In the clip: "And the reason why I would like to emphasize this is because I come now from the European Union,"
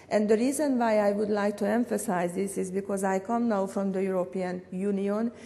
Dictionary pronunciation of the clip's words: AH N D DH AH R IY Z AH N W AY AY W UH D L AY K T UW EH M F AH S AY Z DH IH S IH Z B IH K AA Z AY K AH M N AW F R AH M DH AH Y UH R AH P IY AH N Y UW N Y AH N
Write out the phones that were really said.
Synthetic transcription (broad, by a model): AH N D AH R IY Z AH N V AY AY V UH D L AY K T UW EH M F AH S AY Z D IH S IH Z B IH K AA Z AY K AH M N AW F R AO M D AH Y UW R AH P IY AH N Y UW N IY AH N